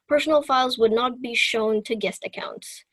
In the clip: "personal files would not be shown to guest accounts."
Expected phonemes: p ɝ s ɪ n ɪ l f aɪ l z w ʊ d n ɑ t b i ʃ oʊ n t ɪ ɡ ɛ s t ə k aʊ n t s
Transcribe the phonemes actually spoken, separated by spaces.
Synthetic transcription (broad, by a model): p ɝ s n l f aɪ l z w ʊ d n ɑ t b i ʃ oʊ n t ɪ ɡ ɛ s t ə k aʊ n t s